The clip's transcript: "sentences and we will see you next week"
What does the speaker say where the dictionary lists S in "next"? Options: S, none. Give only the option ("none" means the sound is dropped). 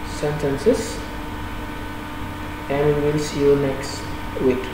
S